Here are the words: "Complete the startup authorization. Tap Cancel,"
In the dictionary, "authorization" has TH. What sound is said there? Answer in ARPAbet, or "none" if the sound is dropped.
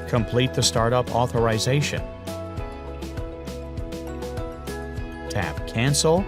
TH